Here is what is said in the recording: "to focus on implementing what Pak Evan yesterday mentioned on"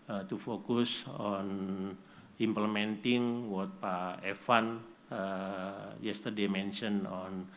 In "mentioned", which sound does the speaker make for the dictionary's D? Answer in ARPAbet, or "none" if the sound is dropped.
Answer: none